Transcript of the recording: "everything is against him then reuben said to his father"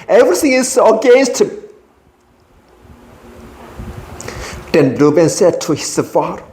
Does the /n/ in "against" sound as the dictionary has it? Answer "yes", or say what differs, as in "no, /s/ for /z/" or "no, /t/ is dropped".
yes